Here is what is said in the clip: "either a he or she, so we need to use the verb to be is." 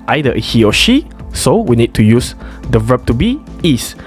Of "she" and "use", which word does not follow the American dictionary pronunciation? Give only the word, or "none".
none